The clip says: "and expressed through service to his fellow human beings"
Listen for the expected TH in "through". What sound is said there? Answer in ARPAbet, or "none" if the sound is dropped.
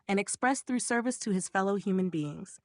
TH